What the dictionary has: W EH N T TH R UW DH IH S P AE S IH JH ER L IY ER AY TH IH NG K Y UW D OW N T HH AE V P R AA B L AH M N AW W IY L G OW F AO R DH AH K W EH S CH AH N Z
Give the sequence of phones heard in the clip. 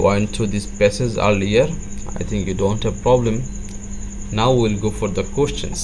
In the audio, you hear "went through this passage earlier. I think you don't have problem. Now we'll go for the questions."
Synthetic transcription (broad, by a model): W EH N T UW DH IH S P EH S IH Z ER L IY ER AY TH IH NG K Y UW D OW N T HH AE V P R AA B L AH M N AW W IY L G OW F AO R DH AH K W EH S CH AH N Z